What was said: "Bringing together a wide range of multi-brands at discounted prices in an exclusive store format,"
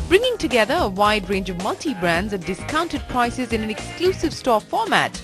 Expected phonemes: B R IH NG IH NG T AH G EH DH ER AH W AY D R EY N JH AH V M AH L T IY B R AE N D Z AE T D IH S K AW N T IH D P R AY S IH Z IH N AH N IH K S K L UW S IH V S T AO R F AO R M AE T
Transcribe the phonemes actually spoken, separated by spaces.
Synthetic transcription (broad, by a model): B R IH NG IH NG T AH G EH DH ER AH W AY D R EY N JH AH V M AH L T IY B R AE N D Z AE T D IH S K AW N T IH D P R AY S IH Z IH N AH N IH K S K L UW S IH V S T AO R F AO R M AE T